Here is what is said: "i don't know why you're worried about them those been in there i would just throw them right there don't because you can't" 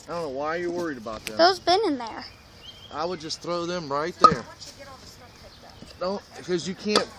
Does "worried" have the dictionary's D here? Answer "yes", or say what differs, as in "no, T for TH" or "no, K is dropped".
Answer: yes